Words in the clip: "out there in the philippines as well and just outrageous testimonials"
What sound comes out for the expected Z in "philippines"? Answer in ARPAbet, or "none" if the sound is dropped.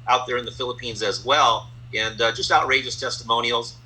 Z